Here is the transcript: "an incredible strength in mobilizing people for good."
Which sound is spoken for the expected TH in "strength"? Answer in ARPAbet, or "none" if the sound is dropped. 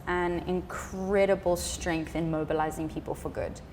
TH